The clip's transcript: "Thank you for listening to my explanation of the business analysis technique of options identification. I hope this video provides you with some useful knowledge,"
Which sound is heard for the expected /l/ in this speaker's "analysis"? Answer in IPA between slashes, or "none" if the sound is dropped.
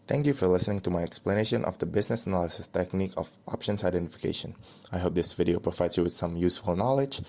/l/